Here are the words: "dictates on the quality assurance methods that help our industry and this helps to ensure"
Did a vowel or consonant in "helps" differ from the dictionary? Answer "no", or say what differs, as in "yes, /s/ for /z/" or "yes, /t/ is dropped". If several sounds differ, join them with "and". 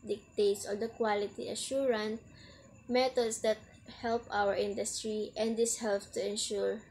yes, /s/ is dropped